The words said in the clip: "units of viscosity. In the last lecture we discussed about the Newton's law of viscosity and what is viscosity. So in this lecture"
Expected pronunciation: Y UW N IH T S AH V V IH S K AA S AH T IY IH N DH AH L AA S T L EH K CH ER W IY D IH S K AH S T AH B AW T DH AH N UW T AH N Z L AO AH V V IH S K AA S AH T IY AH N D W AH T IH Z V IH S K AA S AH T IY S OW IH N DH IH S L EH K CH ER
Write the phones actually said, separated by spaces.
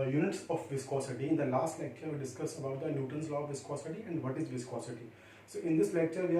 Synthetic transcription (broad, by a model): Y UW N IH T S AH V V IH S K AA S AH T IY IH N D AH L AA S T L EH K CH ER D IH S K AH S AH B AW T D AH N UW T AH N S L AO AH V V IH S K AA S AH T IY AH N D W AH T IH Z V IH S K AA S AH T IY S OW IH N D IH S L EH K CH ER